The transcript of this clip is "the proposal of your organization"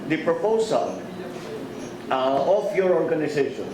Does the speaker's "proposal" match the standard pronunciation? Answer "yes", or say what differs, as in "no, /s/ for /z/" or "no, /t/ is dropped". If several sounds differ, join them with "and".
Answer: no, /s/ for /z/